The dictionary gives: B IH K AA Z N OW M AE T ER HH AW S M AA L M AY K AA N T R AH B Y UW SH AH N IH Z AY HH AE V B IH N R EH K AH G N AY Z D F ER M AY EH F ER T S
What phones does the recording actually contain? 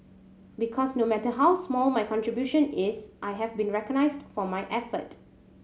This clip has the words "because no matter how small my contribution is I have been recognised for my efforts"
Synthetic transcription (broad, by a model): B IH K AA S N OW M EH T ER HH AW S M AA L M AY K AA N T R AH B Y UW SH AH N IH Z AY HH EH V B IH N R EH K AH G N AY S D F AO M AY EH F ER T